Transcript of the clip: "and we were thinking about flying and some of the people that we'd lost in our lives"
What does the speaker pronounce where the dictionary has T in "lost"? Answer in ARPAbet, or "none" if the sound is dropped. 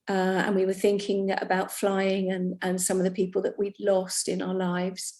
T